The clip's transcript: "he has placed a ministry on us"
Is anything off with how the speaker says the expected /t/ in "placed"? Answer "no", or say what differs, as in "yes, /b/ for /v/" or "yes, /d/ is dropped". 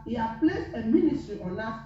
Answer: yes, /t/ is dropped